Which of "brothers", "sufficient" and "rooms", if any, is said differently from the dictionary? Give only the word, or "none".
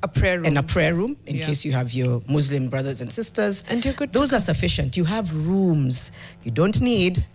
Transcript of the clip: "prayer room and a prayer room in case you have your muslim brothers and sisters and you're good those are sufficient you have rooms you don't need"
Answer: none